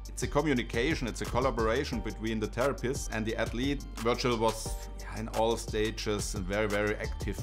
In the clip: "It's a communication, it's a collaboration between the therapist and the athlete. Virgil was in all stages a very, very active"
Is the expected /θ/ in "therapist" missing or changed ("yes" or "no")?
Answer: yes